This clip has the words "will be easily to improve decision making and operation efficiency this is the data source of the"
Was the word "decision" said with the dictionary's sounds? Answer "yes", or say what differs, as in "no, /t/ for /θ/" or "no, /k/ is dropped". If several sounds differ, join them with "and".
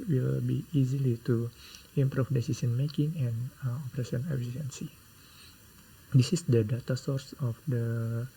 no, /s/ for /ʒ/